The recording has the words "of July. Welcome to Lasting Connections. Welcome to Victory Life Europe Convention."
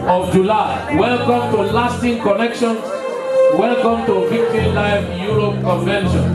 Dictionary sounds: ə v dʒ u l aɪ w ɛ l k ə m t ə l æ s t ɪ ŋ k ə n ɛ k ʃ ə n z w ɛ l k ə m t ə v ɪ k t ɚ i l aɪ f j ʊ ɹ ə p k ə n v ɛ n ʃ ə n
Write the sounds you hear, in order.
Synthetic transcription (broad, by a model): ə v dʒ u l aɪ w ɛ l k ə m t ə l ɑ s t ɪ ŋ k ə n ɛ k ʃ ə n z w ɛ l k ə m t ə f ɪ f t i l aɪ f j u ɹ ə p k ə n v ɛ n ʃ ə n